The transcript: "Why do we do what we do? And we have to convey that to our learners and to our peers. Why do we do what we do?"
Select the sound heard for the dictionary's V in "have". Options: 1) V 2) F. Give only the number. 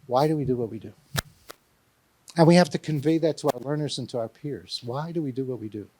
2